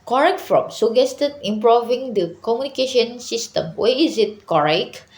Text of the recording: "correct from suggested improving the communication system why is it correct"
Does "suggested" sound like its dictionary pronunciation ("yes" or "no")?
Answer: no